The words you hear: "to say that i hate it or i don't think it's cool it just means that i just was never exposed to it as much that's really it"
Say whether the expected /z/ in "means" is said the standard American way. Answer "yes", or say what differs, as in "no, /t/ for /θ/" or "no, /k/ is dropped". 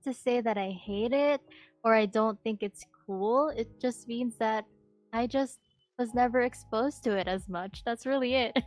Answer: yes